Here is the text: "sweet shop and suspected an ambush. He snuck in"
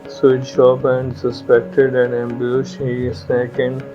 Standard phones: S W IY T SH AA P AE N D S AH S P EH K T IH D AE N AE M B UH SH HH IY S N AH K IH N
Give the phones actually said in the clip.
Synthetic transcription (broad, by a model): S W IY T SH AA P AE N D S AH S P EH K T IH D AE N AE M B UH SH HH IY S EH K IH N